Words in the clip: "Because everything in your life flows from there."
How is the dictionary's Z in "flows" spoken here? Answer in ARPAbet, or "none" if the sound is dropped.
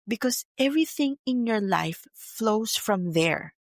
S